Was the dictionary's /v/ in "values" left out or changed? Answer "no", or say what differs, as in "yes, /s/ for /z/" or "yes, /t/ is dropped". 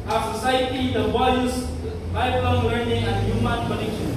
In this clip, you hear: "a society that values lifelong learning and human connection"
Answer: yes, /w/ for /v/